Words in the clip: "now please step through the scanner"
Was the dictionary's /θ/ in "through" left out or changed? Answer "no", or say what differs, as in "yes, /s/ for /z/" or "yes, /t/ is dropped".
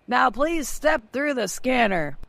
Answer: no